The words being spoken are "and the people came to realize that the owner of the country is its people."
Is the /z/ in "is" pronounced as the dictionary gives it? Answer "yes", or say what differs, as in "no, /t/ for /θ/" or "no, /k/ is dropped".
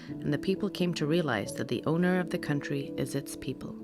yes